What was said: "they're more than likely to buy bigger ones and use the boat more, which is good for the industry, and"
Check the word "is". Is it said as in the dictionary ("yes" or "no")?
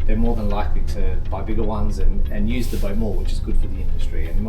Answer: yes